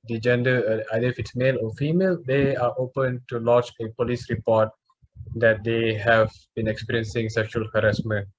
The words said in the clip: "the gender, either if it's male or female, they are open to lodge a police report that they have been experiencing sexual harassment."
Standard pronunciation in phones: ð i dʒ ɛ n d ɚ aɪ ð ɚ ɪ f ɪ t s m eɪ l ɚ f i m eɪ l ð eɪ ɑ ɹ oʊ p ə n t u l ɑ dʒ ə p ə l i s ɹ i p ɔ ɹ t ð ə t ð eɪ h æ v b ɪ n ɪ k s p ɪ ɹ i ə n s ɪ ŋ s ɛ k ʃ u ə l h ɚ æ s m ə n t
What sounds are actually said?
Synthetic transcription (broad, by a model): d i dʒ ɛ n d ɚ aɪ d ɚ ɪ f ɪ t s m eɪ l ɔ f i m eɪ l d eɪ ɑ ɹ oʊ p ə n t u l ɑ tʃ ə p ə l i s ɹ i p ɔ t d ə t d eɪ h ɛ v b ɪ n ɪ k s p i ɹ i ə n s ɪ ŋ s ɛ k ʃ u ə l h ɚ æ s m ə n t